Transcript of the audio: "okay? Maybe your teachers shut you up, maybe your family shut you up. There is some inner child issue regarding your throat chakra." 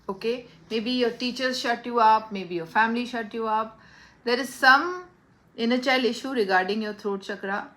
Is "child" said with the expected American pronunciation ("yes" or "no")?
no